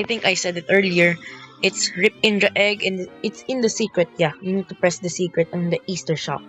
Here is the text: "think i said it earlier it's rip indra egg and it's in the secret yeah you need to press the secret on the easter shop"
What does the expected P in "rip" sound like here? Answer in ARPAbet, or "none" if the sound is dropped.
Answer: P